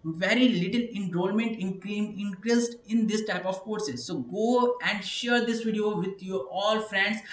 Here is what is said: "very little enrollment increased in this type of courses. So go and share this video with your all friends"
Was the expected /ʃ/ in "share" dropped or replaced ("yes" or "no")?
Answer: no